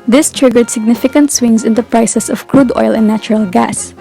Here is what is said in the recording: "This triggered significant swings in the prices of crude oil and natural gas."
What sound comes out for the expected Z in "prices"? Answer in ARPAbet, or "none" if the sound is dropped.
S